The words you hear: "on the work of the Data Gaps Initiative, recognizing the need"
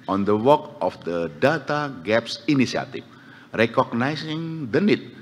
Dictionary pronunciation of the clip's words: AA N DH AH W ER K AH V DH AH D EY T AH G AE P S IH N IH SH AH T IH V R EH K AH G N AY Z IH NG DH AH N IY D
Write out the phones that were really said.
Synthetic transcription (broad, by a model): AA N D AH W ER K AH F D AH D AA T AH G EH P S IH N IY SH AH T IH F R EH K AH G N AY S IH NG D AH N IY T